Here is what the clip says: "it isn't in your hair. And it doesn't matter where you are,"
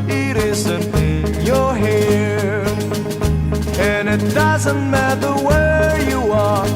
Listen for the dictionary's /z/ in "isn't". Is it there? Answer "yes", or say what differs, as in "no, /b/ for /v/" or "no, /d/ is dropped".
yes